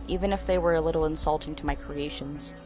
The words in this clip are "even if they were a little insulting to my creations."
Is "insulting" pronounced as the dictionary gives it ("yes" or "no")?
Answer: yes